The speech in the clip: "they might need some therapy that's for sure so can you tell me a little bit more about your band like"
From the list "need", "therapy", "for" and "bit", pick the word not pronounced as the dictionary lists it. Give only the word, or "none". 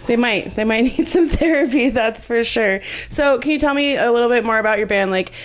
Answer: none